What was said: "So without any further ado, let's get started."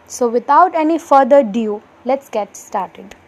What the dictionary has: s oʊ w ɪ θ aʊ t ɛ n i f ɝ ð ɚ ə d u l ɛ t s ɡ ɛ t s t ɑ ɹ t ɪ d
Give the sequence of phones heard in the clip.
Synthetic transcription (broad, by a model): s oʊ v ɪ t aʊ t ɛ n i f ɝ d ɚ d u l ɛ t s ɡ ɛ t s t ɑ ɹ t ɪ d